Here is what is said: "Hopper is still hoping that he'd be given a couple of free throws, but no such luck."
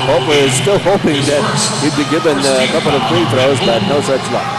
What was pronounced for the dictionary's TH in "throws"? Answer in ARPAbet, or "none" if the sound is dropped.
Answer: F